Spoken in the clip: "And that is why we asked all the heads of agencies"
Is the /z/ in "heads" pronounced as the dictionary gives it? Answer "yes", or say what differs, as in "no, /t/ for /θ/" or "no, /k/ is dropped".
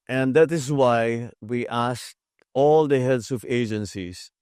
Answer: no, /s/ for /z/